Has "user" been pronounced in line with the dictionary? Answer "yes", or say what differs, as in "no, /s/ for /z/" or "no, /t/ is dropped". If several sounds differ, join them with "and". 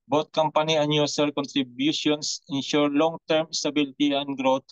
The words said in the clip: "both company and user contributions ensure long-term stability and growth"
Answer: no, /s/ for /z/